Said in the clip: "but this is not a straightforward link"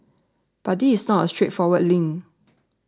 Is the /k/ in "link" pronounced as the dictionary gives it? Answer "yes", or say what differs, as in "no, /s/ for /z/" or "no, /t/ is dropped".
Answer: no, /k/ is dropped